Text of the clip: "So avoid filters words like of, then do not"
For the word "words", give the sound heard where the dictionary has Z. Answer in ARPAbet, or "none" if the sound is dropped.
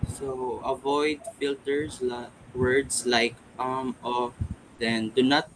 S